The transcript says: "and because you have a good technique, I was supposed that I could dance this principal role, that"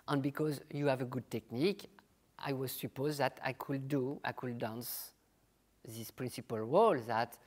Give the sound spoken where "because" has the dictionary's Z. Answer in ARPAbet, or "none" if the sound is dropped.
Z